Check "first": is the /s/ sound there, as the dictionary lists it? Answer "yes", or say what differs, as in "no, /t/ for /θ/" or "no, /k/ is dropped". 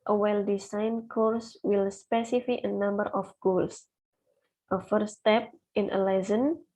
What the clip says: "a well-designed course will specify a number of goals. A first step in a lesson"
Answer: no, /s/ is dropped